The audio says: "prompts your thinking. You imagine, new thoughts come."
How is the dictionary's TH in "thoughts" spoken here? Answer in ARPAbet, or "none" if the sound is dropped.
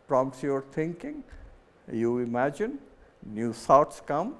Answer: S